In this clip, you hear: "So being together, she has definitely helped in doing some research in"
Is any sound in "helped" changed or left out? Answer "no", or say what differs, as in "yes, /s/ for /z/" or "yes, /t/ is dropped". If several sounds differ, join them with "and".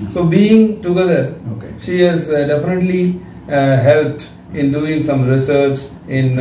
no